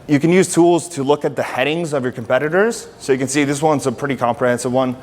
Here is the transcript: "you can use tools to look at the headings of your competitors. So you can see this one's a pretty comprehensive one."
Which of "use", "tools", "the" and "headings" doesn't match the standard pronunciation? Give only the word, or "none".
none